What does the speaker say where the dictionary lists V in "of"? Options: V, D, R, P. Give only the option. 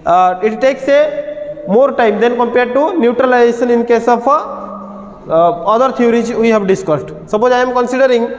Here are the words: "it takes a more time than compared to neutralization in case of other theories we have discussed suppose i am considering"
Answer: P